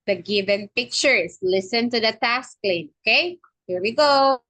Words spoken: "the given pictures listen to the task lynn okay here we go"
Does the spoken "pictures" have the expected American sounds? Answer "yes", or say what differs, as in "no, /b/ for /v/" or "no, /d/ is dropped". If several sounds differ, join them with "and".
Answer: no, /s/ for /z/